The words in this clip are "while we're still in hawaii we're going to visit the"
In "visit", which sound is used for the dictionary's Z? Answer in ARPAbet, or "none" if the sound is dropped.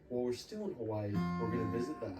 Z